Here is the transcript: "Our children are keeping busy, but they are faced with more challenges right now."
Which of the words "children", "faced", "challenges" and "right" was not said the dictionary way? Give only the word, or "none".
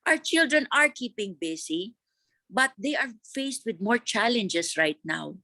challenges